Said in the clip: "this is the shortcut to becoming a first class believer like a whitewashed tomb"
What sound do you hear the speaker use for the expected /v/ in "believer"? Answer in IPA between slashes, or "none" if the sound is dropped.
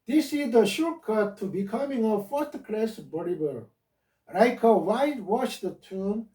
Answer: /b/